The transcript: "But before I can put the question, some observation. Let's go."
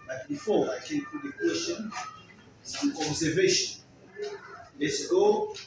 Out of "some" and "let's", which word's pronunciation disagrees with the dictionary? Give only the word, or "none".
some